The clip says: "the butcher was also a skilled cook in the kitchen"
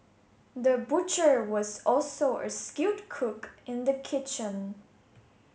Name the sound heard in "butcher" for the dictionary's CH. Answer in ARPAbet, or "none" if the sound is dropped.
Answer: CH